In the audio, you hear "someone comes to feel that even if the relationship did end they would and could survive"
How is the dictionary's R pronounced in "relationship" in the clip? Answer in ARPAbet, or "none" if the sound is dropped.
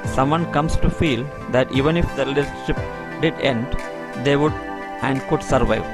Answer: L